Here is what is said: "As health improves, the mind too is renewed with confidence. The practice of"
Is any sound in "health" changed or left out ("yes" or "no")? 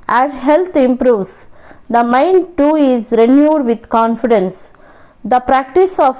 yes